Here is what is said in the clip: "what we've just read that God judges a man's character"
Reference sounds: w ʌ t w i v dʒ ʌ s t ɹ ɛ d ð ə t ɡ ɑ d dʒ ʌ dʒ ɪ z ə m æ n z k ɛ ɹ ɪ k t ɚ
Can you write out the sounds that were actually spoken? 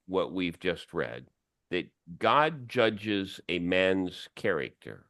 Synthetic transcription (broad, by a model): w ʌ t w i v dʒ ʌ s t ɹ ɛ d ð ə t ɡ ɑ d dʒ ʌ dʒ ɪ z ə m æ n z k ɛ ɹ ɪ k t ɚ